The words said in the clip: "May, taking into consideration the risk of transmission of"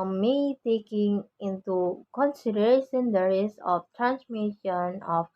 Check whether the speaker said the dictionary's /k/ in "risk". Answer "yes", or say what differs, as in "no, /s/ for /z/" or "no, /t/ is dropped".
no, /k/ is dropped